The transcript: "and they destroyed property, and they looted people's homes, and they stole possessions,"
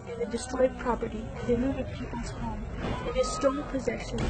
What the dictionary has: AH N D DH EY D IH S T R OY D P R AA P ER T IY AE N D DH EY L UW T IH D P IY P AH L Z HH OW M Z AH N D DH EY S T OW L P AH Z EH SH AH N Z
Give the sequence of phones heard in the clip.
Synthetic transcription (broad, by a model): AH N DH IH D IH S T R OY D P R AA P ER T IY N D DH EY N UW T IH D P IY P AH L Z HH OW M AH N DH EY S T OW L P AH Z EH SH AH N